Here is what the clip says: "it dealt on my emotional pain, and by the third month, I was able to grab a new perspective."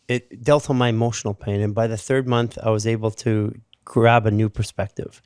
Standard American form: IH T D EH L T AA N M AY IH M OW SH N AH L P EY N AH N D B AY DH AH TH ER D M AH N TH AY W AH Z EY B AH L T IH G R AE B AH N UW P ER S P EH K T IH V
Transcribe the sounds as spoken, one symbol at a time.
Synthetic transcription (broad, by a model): IH T D EH L T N M AY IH M OW SH N L P EY N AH N B AY DH AH TH ER D M AH N TH AY W AH Z EY B L T IH G R AE B AH N UW P ER S P EH K T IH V